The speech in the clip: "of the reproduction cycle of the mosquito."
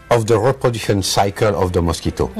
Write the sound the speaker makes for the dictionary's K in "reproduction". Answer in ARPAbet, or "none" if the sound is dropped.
none